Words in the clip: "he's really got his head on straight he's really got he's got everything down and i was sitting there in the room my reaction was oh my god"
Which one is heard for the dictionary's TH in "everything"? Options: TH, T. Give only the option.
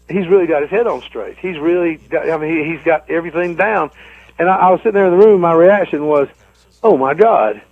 TH